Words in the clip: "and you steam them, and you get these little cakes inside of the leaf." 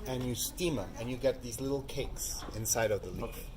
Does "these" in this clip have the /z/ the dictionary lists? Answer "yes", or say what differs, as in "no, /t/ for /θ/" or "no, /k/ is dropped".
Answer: yes